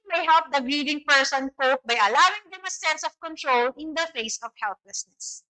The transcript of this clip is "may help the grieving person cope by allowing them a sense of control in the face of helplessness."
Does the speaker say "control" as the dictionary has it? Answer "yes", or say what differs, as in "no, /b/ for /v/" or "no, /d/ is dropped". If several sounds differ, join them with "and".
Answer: yes